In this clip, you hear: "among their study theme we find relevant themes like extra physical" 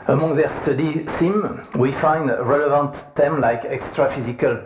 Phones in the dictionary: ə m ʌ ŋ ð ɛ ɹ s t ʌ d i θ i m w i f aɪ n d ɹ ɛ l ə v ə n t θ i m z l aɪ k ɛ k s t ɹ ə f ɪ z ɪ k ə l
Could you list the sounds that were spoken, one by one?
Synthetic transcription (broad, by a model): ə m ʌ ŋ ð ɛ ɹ s t ʌ d i s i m w i f aɪ n d ɹ ɛ l ə v ə n t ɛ m l aɪ k ɛ k s t ɹ ə f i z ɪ k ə l